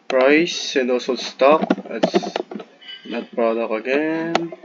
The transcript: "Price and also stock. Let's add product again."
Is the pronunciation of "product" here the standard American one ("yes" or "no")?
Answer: no